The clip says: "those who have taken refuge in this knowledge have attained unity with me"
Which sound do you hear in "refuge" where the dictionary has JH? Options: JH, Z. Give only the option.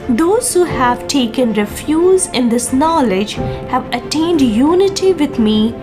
Z